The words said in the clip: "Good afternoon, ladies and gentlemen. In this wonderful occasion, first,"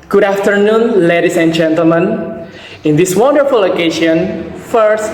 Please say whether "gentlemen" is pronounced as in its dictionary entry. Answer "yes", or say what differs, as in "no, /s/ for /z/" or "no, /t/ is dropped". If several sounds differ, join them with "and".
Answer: yes